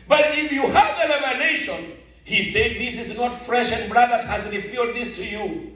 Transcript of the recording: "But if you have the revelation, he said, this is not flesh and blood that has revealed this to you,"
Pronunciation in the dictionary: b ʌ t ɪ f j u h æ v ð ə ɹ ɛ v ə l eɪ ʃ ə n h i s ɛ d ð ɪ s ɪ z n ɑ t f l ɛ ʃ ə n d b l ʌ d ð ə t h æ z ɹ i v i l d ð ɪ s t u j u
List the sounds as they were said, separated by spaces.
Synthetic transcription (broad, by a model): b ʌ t ɪ f j u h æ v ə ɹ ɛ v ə n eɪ ʃ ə n h i s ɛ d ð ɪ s ɪ z n ɑ t f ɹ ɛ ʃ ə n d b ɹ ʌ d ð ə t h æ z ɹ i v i d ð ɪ s t u j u